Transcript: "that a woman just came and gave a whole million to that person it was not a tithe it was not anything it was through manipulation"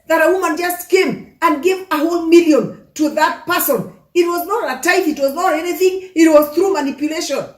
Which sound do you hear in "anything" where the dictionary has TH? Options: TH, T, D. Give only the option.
TH